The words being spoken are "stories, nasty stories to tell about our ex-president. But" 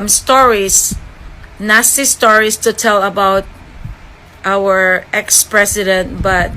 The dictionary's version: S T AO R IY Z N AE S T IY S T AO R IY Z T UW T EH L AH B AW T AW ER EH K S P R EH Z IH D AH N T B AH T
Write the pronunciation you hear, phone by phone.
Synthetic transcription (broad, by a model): S T AO R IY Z N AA S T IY S T AO R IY S T UW T EH L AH B AW T AW ER EH K S P R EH S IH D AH N T B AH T